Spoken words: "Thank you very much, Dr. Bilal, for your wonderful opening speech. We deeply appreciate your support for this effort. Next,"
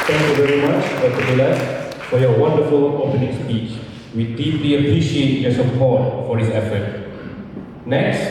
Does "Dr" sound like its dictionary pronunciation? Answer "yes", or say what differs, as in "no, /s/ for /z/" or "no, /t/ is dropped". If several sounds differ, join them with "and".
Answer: no, /k/ is dropped